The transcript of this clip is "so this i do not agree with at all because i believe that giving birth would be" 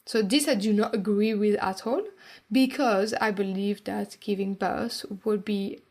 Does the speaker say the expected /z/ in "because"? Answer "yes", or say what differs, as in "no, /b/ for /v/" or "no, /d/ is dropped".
yes